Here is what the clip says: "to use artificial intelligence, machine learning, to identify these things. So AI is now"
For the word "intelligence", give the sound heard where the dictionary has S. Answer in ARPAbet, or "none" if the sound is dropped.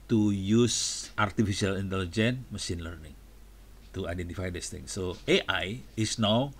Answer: none